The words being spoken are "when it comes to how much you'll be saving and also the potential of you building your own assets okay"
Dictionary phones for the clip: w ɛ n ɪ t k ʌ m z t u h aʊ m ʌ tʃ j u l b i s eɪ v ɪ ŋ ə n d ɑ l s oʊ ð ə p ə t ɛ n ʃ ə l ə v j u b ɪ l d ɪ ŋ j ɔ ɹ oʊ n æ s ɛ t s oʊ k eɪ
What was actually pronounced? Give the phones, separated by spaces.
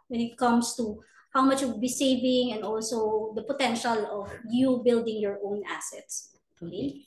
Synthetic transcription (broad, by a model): w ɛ n ɪ t k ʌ m s t u h aʊ m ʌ tʃ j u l b i s eɪ v ɪ ŋ ə n d ɑ l s oʊ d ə p ə t ɛ n ʃ ə l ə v j u b ɪ l d ɪ ŋ j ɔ ɹ oʊ n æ s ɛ t s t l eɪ